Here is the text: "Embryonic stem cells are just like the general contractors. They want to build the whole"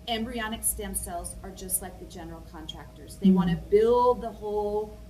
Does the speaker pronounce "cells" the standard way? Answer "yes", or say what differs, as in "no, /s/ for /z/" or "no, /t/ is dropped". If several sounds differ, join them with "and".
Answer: yes